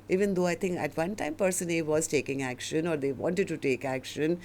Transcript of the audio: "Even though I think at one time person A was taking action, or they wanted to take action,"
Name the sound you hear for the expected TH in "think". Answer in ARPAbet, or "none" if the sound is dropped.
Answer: T